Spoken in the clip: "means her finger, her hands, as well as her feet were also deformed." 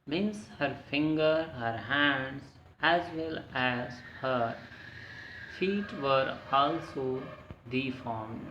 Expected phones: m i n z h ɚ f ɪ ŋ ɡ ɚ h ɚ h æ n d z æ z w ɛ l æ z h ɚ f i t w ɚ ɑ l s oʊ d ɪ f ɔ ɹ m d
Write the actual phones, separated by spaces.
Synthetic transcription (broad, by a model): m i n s h ɚ f ɪ ŋ ɡ ɚ h ɚ h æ n d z æ z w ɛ l æ z h ɚ f i t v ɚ ɑ l s oʊ d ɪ f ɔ ɹ m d